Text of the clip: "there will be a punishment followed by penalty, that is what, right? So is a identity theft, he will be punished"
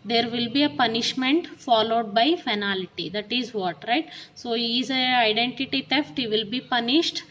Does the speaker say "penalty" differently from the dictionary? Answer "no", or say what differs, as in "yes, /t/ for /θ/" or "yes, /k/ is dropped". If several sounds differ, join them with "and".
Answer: yes, /f/ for /p/